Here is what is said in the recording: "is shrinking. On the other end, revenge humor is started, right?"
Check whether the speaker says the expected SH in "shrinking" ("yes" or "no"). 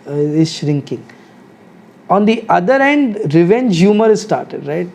yes